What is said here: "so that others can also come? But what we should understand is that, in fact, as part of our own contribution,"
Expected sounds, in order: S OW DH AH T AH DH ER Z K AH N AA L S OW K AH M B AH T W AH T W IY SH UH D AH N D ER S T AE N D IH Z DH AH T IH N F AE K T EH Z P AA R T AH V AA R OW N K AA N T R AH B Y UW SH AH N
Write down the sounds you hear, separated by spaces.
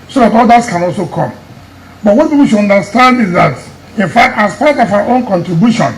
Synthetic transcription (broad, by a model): S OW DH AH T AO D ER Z K AH N AA L S OW K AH M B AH T W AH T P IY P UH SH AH N D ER S T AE N D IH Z DH AH T IH N F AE K T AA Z P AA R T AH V AA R OW N K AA N T R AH B Y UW SH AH N